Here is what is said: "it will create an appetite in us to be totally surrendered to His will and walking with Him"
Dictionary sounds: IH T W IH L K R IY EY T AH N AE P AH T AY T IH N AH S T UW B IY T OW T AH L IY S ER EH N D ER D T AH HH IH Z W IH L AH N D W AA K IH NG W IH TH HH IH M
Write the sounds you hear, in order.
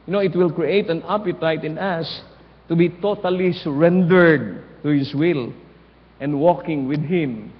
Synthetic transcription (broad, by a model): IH T W IH L K R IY EY T AH N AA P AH T AY T IH N AH S T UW B IY T OW T AH L IY S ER EH N D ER D T AH HH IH S W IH L AH N D W AA K IH NG W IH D HH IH M